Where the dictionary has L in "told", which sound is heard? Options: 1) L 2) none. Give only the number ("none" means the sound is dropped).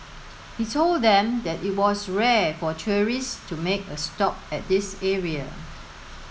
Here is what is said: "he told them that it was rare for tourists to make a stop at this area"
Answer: 1